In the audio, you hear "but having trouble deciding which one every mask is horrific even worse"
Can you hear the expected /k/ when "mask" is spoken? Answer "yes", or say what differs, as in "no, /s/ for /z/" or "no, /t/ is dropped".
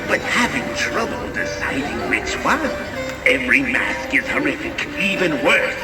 yes